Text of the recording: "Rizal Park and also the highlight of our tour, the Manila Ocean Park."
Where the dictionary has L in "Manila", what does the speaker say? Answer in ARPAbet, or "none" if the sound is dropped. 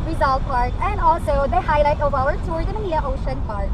none